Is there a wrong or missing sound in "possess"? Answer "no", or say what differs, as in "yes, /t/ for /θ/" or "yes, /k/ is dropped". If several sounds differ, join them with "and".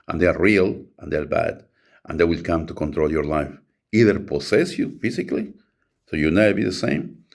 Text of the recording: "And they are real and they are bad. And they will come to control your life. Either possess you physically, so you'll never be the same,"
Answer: yes, /s/ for /z/